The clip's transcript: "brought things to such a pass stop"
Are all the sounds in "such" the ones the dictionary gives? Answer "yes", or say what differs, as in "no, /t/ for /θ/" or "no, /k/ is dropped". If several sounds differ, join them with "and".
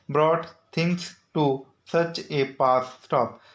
yes